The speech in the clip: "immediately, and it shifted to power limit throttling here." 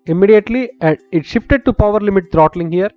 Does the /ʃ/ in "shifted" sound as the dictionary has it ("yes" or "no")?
yes